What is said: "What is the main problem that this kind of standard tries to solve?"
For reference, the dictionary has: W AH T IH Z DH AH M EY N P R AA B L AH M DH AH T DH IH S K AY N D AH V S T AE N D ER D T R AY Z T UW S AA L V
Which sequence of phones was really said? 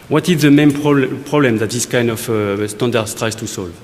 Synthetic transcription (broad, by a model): W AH T IH Z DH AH M EY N P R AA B L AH M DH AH T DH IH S K AY N D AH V S T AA N D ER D T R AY S T UW S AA L V